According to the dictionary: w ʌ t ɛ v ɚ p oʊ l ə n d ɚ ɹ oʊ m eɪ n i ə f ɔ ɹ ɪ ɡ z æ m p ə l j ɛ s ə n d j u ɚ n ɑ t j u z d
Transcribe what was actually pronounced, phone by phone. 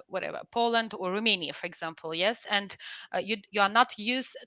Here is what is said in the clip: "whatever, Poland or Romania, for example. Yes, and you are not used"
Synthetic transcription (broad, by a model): w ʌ t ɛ v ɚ p oʊ l ə n d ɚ ɹ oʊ m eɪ n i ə f ɔ ɹ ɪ ɡ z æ m p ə l j ɛ s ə n d j u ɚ n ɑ t j u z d